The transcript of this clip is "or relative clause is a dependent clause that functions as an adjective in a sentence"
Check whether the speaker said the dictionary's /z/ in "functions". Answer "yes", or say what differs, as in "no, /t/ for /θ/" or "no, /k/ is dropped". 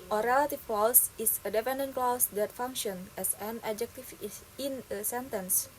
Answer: no, /z/ is dropped